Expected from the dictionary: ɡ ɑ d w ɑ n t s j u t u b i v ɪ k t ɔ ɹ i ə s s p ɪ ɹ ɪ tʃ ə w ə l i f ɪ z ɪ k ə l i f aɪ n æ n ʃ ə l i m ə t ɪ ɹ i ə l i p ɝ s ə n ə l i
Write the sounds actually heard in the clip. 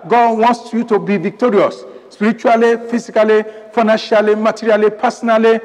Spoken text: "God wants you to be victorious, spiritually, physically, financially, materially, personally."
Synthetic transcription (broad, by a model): ɡ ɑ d w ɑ n s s j u t u b i v ɪ k t ɔ ɹ i ə s s p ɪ ɹ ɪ tʃ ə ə l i f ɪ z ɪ k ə l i f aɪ n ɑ n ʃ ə l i m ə t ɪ ɹ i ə l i p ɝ s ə n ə l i